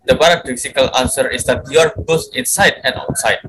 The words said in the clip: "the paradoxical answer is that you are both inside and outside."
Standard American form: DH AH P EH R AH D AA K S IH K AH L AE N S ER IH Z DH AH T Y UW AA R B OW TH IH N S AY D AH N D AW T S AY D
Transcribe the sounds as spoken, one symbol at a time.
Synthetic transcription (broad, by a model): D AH B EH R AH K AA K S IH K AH L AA N S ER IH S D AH T Y UW AA R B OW S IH N S AY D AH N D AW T S AY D